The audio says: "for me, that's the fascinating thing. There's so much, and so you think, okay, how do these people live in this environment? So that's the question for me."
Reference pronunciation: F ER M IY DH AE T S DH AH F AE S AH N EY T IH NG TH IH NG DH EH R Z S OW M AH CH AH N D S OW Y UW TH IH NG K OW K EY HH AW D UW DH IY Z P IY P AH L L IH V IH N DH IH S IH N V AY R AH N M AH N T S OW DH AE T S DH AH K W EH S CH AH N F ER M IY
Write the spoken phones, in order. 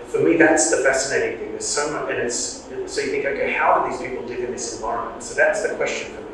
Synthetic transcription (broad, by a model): F ER M IY DH AE T S DH AH F AE S AH N EY T IH NG TH IH NG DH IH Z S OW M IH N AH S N S OW Y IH TH IH NG K OW K EY HH AW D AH DH IY Z P IY P L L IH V IH N DH IH S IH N V AY R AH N M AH N T S OW DH AE T S DH AH K W EH S CH AH N F ER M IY